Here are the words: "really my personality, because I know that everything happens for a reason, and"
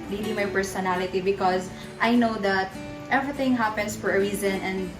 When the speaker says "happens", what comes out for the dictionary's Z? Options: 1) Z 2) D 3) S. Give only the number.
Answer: 3